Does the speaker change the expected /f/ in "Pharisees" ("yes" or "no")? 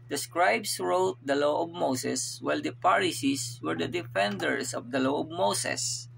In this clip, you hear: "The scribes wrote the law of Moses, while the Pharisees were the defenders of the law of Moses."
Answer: yes